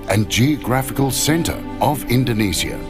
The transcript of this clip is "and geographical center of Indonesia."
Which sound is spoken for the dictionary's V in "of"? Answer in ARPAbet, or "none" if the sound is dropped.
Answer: V